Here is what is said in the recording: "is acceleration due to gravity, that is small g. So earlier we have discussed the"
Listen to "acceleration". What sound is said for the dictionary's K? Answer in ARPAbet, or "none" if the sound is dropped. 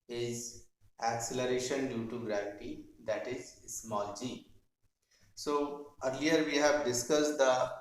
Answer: K